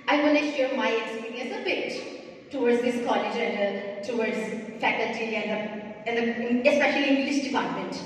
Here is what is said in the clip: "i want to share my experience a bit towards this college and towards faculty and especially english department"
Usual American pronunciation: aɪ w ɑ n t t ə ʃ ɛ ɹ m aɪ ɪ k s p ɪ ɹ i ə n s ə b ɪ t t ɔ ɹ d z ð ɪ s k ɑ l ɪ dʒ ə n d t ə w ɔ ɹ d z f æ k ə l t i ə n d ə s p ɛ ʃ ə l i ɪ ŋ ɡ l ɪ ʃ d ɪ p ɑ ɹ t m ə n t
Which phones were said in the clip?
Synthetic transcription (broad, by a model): aɪ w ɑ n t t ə ʃ ɛ ɹ m aɪ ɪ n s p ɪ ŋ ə s ə b ɪ t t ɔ w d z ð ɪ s k ɑ l ɪ dʒ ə n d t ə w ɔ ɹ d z f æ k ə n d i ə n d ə s p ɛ ʃ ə l i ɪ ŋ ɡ l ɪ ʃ d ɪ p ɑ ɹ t m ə n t